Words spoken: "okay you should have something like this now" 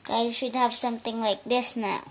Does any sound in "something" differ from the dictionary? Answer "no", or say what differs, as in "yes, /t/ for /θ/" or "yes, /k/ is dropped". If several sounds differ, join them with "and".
yes, /t/ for /θ/